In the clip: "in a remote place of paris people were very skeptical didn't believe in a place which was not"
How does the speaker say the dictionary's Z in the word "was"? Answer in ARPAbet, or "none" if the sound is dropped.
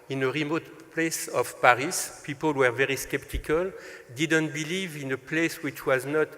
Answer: Z